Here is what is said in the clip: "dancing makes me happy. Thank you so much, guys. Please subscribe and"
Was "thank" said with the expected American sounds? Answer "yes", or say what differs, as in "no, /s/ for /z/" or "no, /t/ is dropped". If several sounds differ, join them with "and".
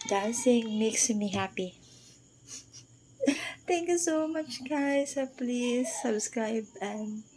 no, /t/ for /θ/